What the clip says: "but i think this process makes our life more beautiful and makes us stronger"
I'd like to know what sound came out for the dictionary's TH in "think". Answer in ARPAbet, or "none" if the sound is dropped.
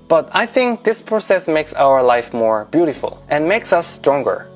TH